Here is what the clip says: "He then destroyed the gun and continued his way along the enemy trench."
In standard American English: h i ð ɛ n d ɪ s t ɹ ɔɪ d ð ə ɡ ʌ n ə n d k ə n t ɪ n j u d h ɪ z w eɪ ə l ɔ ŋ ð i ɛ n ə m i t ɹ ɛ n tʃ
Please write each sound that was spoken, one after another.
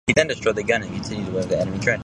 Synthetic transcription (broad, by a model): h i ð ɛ n d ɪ s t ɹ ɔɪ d ð ə ɡ ʌ n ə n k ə n t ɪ n j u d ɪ w eɪ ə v ð i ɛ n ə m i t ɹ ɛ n